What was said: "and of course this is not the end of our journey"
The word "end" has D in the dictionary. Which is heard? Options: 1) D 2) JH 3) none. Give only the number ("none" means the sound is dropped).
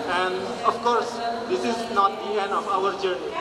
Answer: 3